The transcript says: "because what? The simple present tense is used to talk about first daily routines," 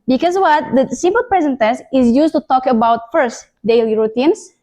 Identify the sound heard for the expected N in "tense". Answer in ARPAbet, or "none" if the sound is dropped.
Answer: none